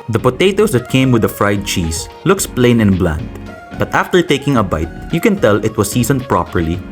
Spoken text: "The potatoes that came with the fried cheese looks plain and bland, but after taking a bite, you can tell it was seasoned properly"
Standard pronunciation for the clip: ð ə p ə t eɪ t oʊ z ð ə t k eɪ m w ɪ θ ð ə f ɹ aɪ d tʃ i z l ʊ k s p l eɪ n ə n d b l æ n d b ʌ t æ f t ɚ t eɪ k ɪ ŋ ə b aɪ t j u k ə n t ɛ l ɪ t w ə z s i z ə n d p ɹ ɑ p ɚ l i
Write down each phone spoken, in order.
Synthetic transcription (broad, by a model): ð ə p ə t eɪ t oʊ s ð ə t k eɪ m w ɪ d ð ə f ɹ aɪ d tʃ i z l ʊ k s p l eɪ n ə n b l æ n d b ʌ t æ f t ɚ t eɪ k ɪ ŋ ə b aɪ t j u k ə n t ɛ l ɪ t w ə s i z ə n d p ɹ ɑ p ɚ l i